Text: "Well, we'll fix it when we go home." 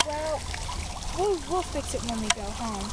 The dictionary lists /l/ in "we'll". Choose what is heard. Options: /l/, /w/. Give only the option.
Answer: /w/